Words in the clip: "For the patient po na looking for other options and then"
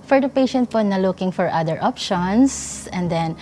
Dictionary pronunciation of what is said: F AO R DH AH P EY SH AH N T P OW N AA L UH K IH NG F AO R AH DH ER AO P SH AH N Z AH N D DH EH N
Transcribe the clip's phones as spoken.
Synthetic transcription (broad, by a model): F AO R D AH P EY SH AH N T P OW N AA L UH K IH NG F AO R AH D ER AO P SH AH N S AH N D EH N